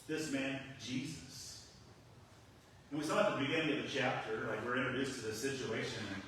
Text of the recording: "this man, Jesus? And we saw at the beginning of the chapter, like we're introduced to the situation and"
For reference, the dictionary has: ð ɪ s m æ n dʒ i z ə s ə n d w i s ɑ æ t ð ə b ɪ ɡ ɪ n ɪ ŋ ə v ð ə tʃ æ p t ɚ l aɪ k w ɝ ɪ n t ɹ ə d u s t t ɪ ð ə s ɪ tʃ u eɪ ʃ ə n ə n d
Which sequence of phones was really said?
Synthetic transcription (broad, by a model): ð ɪ s m æ n dʒ i z ə s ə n w i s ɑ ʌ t ð ə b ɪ ɡ ɪ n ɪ ŋ ə v ð ə tʃ æ p t ɚ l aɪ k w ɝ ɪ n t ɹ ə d u s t t ɪ ð ə s ɪ tʃ u eɪ ʃ ə n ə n